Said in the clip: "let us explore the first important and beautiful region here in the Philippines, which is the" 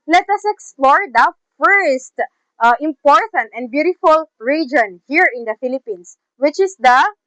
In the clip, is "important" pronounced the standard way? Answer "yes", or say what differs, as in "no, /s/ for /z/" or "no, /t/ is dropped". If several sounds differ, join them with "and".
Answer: yes